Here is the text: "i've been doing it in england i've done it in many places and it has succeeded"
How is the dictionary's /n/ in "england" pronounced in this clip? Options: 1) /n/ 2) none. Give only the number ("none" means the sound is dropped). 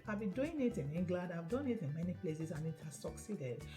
2